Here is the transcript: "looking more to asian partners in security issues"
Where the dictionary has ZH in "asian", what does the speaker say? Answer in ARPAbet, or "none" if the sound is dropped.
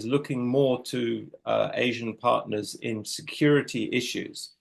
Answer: ZH